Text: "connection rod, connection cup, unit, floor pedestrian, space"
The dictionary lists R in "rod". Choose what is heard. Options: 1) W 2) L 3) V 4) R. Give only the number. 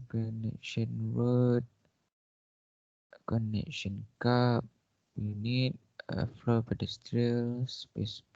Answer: 1